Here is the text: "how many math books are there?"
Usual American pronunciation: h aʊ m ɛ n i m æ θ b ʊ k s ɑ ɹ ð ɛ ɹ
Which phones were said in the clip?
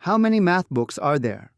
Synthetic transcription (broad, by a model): h aʊ m ɛ n i m æ θ b ʊ k s ɑ ɹ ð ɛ ɹ